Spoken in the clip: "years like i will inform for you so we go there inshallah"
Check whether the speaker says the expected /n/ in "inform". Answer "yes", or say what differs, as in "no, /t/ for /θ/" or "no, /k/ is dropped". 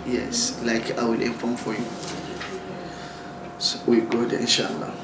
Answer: no, /n/ is dropped